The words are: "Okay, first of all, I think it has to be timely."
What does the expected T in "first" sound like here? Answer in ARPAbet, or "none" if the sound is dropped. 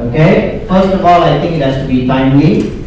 T